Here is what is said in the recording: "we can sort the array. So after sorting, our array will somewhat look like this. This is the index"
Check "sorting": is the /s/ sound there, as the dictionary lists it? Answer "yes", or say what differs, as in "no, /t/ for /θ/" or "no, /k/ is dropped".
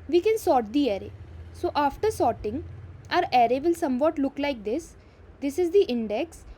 yes